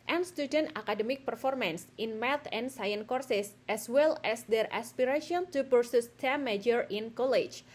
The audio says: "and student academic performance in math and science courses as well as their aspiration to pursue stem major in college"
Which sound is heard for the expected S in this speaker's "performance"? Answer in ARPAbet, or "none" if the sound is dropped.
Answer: S